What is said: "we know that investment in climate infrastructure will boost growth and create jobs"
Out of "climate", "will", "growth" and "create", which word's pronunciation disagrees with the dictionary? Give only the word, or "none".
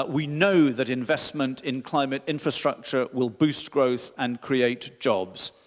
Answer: none